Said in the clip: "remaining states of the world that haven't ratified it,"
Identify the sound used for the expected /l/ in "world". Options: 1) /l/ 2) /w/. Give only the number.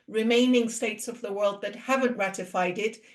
1